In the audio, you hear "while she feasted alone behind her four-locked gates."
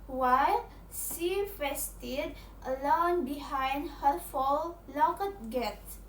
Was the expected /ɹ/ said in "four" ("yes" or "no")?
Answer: no